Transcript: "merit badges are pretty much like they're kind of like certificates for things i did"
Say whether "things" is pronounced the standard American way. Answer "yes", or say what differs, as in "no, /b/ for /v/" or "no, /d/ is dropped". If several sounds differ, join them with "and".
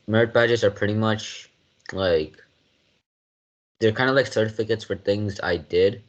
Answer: yes